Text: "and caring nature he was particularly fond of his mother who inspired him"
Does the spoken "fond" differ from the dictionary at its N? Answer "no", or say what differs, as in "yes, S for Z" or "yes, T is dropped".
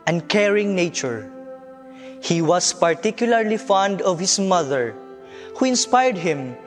no